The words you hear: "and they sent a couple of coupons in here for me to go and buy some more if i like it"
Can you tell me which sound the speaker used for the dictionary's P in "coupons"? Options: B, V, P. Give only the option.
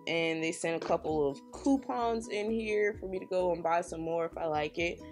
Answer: P